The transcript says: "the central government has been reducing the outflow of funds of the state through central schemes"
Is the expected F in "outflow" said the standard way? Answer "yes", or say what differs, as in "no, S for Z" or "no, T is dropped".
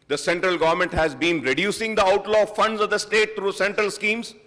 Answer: no, F is dropped